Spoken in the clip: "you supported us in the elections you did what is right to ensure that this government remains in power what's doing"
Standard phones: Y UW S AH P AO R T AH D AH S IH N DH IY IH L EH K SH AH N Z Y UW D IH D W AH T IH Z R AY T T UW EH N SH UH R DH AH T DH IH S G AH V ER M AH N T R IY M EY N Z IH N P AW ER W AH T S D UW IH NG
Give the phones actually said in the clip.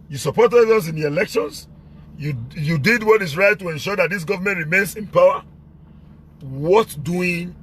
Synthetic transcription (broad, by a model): Y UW S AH P AO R T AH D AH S IH N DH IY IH L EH K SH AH N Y Y UW D IH D W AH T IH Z R AY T T UW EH N SH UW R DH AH T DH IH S G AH V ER M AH N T R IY M EY N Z IH N P AW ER W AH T D UW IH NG